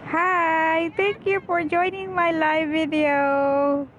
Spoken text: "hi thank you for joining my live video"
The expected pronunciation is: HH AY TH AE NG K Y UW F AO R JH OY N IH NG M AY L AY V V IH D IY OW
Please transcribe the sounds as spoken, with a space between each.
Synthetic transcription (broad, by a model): HH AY T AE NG K Y UW F AO R JH OY N IH NG M AY L AY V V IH D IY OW